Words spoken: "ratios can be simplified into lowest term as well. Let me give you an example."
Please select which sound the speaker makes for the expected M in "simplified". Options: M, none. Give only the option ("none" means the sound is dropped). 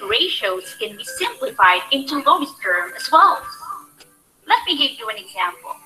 M